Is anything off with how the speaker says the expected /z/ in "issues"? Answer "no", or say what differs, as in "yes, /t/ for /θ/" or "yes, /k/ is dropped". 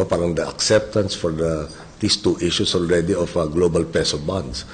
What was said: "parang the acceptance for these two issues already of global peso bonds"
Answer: yes, /s/ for /z/